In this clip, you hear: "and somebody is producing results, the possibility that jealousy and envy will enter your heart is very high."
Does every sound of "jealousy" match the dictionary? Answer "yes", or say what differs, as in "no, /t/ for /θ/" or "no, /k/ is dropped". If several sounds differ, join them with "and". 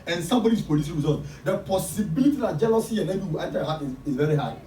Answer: yes